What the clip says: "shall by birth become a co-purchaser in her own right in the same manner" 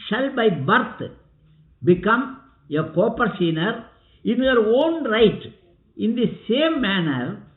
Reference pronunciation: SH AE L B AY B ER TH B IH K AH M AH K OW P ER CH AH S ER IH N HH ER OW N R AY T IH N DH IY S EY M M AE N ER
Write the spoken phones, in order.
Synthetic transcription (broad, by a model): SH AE L B AY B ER T B IH K AH M AH K OW P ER S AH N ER IH N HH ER OW N R AY T IH N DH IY S EY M M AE N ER